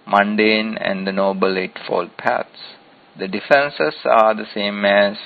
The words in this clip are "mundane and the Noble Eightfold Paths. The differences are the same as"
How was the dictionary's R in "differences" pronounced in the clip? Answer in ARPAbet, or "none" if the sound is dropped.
none